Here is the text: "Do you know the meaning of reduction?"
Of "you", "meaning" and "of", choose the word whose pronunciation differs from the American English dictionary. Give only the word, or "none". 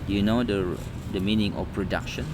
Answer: of